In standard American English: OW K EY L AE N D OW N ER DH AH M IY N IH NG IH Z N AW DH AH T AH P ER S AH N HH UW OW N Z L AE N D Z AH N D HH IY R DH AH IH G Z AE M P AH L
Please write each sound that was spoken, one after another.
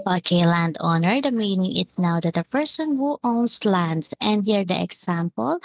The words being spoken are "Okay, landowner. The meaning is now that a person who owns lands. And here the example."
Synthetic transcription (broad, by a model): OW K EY L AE N D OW N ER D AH M IY N IH NG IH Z N AW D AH T AH P ER S AH N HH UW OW N S L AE N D S AH N D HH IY R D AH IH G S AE M P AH L